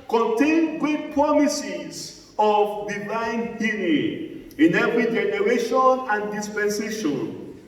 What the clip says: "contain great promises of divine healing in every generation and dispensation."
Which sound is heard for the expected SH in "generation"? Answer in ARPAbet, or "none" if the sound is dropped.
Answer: SH